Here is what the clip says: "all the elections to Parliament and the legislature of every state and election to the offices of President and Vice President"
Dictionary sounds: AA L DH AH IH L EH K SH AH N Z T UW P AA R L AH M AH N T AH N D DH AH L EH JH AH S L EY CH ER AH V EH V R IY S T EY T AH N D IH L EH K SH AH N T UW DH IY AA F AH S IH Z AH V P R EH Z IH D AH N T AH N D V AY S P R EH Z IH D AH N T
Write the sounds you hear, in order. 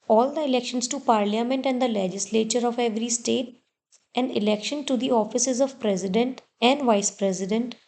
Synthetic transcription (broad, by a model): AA L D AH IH L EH K SH AH N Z T UW P AA R L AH M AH N T AH N D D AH L EH JH AH S L EY CH ER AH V EH V R IY S T EY T AH N D IH L EH K SH AH N T UW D IY AA F AH S IH Z AH V P R EH Z IH D AH N T AH N D V AY S P R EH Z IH D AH N T